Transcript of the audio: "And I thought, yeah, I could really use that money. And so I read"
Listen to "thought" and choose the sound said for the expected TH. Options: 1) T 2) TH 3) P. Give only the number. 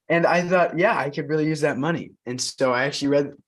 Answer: 2